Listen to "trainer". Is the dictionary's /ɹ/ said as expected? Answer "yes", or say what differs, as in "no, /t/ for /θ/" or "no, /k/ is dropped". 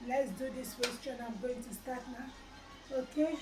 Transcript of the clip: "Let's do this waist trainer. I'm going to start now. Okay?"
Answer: no, /ɹ/ is dropped